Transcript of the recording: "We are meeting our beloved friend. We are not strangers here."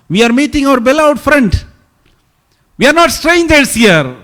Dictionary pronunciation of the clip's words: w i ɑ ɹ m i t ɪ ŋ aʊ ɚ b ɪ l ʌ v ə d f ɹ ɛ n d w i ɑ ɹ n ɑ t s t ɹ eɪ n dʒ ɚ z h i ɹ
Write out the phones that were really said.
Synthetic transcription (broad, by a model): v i ɑ ɹ m i t ɪ ŋ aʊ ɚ b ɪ l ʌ ə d f ɹ ɛ n d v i ɑ ɹ n ɑ t s t ɹ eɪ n dʒ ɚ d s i ɹ